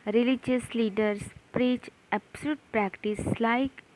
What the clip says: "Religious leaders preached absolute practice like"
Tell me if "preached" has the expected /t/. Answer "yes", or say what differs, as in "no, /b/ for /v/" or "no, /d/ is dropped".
no, /t/ is dropped